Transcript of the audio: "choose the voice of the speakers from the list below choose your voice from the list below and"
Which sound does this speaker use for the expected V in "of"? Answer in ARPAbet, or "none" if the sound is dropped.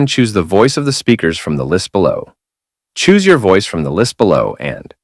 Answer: V